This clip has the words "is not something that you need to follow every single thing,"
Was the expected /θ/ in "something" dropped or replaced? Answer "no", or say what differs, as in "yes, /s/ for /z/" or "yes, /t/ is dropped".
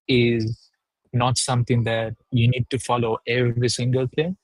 yes, /t/ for /θ/